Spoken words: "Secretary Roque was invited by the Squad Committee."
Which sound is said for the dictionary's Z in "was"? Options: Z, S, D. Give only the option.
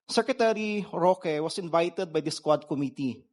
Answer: S